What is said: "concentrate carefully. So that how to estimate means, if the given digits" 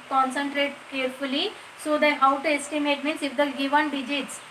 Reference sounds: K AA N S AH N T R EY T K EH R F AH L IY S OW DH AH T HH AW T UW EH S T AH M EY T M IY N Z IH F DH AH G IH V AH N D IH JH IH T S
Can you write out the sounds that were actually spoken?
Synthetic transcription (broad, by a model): K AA N S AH N T R EY T K EH R F AH L IY S OW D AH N HH AW T UW EH S T AH M EY T M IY N S IH F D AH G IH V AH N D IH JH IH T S